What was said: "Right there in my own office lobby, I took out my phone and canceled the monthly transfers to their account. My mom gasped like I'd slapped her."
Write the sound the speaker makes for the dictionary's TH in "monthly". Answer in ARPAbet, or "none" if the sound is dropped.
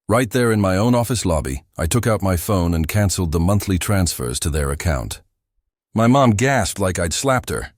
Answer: TH